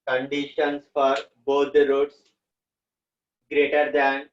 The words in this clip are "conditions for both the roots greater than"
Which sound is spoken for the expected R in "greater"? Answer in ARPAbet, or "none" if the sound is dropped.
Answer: R